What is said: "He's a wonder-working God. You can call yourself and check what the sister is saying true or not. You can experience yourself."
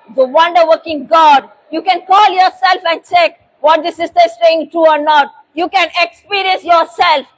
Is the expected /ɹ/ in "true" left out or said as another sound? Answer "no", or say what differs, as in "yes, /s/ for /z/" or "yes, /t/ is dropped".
yes, /ɹ/ is dropped